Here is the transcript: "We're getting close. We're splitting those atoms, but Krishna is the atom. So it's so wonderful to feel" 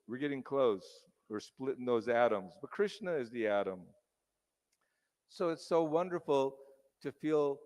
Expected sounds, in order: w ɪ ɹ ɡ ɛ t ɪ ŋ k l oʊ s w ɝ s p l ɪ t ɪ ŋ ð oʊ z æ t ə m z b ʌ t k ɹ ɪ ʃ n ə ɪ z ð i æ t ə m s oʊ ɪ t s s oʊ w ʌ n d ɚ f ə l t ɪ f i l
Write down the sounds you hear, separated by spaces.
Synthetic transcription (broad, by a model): w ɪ ɹ ɡ ɛ t ɪ ŋ k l oʊ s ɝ s p l ɪ t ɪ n ð oʊ z æ t ə m z b ʌ t k ɹ ɪ ʃ n ə ɪ z ð i æ t ə m s oʊ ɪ t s s oʊ w ʌ n d ɚ f l t ɪ f i l